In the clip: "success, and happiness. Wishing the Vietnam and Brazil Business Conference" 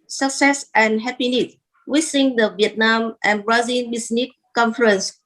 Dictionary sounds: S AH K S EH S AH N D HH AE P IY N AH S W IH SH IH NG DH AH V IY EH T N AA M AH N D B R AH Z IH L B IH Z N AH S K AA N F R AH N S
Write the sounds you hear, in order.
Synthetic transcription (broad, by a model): S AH K S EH S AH N HH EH P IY N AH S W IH S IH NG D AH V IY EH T N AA M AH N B R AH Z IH N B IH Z N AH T K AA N F R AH N S